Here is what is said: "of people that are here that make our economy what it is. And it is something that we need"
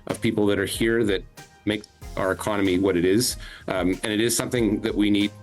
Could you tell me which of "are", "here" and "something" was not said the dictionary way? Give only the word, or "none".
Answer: none